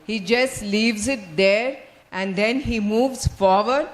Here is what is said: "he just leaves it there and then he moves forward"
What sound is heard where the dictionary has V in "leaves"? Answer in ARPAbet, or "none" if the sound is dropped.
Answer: V